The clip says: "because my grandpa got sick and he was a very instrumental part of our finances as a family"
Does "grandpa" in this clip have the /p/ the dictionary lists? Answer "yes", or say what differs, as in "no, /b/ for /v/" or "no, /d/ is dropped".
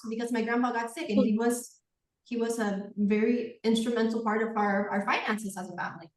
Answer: no, /b/ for /p/